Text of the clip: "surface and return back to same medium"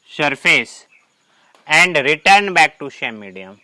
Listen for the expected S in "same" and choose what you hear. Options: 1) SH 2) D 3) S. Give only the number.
1